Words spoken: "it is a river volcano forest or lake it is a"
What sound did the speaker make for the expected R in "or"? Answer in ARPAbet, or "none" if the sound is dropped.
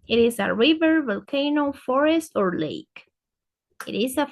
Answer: R